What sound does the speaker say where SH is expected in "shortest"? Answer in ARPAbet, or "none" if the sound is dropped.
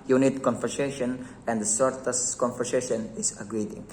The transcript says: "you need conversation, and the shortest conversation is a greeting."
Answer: S